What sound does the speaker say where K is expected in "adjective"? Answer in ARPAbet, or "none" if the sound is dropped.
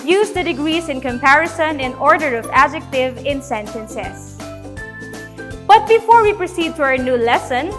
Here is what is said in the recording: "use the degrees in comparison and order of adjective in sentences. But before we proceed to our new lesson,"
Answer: K